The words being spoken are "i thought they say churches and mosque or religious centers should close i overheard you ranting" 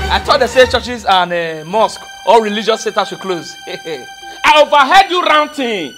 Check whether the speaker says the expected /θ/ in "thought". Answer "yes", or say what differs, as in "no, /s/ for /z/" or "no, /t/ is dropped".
no, /t/ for /θ/